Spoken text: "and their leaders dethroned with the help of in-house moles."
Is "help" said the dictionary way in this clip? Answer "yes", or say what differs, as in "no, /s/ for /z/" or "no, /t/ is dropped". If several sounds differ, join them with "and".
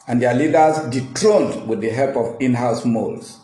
yes